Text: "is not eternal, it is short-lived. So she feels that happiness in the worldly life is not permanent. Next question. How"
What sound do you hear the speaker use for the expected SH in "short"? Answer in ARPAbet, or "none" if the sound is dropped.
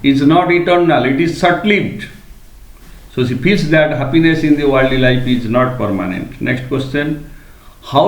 S